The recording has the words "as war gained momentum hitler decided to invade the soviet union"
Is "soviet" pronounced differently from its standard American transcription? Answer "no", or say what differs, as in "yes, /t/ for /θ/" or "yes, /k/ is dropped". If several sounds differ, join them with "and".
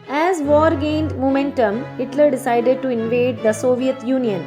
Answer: no